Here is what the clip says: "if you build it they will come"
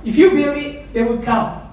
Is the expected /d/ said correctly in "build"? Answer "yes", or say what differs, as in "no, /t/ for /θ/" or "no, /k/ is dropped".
no, /d/ is dropped